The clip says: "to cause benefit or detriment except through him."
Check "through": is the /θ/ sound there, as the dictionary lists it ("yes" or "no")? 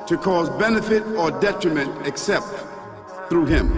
yes